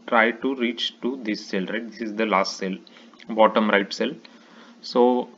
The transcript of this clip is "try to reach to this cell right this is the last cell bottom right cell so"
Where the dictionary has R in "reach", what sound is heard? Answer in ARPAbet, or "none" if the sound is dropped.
R